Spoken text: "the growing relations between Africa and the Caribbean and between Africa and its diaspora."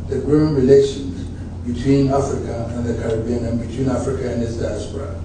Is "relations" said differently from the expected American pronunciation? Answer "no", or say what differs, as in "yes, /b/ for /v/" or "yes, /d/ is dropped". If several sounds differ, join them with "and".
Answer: no